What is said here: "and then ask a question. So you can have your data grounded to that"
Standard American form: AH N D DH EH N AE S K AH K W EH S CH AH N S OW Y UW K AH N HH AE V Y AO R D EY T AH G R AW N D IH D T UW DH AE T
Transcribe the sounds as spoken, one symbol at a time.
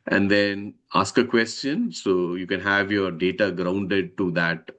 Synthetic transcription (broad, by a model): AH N D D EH N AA S K AH K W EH S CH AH N S OW Y UW K AH N HH AE V Y AO R D EY T AH G R AW N D IH D T UW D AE T